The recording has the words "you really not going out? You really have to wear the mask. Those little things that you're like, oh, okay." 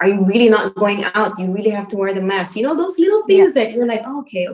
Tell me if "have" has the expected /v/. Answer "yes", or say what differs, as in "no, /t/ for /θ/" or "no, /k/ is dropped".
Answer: no, /f/ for /v/